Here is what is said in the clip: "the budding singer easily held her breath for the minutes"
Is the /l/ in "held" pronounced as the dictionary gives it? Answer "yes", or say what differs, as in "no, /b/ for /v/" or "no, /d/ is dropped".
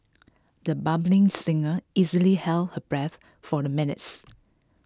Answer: yes